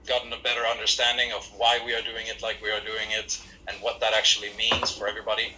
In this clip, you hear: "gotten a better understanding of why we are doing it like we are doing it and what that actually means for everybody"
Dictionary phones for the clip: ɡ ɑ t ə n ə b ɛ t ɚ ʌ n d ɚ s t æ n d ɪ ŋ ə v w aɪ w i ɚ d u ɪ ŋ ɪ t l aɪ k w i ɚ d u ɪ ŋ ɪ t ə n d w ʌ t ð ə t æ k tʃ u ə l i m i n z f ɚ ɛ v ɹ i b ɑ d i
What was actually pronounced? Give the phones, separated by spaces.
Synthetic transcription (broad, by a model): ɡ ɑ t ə n ə b ɛ t ɚ ʌ n d ɚ s t æ n d ɪ ŋ ə v w aɪ w i ɚ d u ɪ ŋ ɪ t l aɪ k w i ɚ d u ɪ ŋ ɪ t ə n w ʌ t ð ə t æ k tʃ u ə l i m i n z f ɚ ɛ v ɹ i b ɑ d i